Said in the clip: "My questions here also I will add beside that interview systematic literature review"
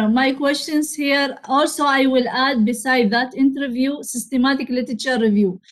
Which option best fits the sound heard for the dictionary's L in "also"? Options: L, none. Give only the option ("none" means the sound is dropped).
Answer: L